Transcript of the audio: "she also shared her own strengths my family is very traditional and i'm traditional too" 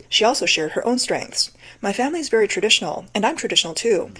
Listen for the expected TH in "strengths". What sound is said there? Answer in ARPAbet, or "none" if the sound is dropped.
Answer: TH